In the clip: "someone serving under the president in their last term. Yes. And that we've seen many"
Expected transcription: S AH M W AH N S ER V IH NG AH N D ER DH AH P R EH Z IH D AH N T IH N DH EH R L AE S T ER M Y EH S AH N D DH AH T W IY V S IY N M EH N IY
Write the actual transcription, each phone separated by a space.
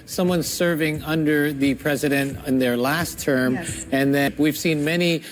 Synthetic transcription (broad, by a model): S AH M W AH N S ER V IH NG AH N D ER DH AH P R EH Z IH D AH N T IH N DH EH R L AE S T ER M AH N DH AH T W IY V S IY N M EH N IY